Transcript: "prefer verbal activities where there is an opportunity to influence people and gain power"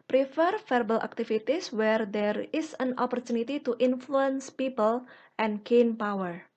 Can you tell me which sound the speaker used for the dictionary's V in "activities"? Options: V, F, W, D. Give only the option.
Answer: F